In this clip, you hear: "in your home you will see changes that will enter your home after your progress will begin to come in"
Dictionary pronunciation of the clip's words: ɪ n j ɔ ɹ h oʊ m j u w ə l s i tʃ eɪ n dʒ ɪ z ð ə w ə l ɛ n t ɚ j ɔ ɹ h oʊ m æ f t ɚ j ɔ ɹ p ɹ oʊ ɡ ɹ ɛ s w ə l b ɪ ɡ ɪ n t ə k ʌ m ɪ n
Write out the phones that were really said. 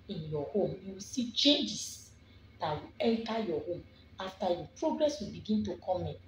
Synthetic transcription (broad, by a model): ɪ n j ɔ h oʊ m j u w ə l s i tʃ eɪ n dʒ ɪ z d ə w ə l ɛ l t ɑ j ɔ h oʊ m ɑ f t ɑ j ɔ p ɹ oʊ ɡ ɹ ɛ s w ə l b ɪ ɡ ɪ n t ə k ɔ m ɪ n